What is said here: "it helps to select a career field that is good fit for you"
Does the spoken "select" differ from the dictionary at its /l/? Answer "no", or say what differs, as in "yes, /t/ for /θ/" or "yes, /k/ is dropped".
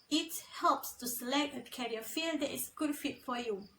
no